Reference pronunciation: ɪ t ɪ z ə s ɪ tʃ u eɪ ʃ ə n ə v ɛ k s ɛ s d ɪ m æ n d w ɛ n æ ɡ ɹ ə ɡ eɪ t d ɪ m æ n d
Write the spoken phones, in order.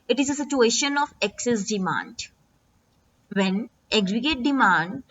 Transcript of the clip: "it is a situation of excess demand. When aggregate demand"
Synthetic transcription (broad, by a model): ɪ t ɪ z ə s ɪ tʃ u eɪ ʃ ə n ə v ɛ k s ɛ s d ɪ m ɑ n d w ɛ n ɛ ɡ ɹ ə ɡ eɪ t d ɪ m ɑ n d